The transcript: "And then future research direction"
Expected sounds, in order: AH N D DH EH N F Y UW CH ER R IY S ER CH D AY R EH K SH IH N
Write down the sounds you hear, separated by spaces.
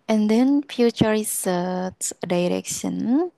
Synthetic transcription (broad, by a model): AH N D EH N F Y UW CH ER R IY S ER S D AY R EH K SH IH N